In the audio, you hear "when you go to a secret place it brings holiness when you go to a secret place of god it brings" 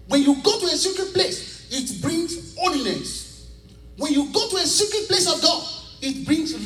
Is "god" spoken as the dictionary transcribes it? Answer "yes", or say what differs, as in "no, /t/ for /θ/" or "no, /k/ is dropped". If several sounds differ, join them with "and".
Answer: no, /d/ is dropped